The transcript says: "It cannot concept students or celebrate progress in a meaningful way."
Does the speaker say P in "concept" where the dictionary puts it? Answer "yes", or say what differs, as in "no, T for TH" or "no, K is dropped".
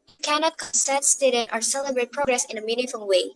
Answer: no, P is dropped